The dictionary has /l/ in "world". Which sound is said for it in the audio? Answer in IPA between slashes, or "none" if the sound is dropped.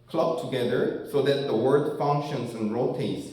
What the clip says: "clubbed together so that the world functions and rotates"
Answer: none